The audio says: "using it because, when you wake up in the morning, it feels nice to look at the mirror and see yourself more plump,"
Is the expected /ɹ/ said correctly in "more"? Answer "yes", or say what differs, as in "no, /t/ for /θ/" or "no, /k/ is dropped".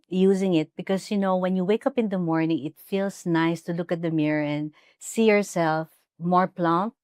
yes